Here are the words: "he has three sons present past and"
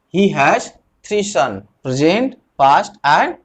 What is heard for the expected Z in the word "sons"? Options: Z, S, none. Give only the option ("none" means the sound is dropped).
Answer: none